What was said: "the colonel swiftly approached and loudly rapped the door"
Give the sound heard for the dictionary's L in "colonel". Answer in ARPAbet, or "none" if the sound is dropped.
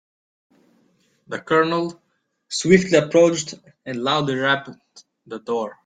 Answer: L